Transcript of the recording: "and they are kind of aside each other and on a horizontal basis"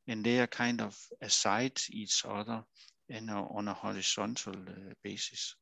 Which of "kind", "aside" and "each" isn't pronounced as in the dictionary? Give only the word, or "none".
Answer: each